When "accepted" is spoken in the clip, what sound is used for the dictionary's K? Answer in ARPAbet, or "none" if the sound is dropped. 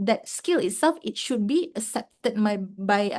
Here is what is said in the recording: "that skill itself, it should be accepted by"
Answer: none